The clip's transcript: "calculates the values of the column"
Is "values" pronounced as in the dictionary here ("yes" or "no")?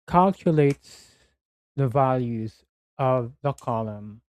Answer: yes